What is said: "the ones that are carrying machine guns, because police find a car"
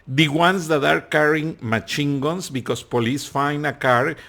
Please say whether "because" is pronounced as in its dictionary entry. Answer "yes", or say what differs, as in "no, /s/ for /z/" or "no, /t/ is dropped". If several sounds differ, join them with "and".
no, /s/ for /z/